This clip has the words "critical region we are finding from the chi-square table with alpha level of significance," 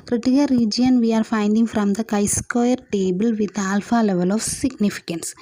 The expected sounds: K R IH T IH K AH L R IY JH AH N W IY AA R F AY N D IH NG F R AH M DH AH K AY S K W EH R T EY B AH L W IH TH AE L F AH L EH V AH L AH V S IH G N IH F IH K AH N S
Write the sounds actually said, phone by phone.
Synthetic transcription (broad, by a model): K R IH T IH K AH R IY JH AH N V IY AA R F AY N D IH NG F R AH M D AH K AY S K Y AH R T EY B AH L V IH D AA L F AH L EH V AH L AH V S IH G N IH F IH K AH N S